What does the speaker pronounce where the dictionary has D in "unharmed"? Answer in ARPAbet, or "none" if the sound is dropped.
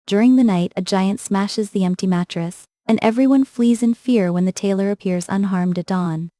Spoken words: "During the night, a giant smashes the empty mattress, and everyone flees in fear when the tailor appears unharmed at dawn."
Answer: D